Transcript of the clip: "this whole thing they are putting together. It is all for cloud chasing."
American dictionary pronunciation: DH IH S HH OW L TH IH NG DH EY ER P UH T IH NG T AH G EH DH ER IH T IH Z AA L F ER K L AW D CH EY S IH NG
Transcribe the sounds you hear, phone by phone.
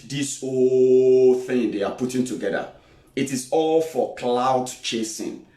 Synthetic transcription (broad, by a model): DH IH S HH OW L TH IH NG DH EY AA P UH T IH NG T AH G EH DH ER IH T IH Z AA L F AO K L AW D CH EY S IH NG